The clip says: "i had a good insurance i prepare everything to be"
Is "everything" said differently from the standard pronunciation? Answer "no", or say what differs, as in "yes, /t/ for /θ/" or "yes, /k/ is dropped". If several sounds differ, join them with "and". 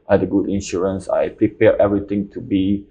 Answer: yes, /t/ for /θ/